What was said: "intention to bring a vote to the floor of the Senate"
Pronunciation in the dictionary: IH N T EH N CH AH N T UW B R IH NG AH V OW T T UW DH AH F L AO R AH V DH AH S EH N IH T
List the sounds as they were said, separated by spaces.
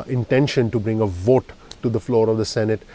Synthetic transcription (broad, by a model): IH N T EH N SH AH N T UW B R IH NG AH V OW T T UW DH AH F L AO R AH V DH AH S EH N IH T